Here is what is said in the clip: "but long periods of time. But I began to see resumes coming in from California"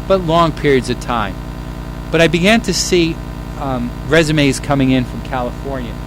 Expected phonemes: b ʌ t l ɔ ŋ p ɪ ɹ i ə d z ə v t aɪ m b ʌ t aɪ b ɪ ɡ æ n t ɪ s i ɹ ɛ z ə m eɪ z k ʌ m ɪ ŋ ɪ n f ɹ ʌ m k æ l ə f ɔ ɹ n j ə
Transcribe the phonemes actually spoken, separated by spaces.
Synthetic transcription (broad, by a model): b ʌ t l ɔ ŋ p ɪ ɹ i ə d z ə v t aɪ m b ʌ t aɪ b ɪ ɡ æ n t ɪ s i ɹ ɛ z ə m eɪ z k ʌ m ɪ ŋ ɪ n f ɹ ʌ m k æ l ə f ɔ ɹ n j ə